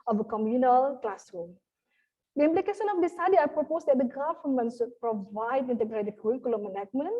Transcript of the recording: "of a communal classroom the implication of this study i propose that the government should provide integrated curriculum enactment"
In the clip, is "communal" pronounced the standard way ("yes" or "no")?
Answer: yes